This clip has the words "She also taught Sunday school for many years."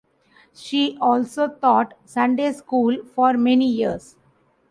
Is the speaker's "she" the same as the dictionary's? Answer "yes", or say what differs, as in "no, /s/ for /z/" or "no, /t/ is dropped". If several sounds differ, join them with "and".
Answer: yes